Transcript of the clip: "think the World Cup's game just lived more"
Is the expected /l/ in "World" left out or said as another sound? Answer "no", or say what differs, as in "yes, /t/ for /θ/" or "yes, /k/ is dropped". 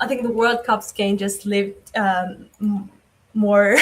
no